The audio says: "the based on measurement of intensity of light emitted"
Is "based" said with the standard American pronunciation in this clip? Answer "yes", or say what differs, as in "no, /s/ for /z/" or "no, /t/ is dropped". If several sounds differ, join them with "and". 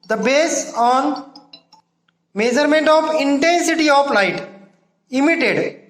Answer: no, /t/ is dropped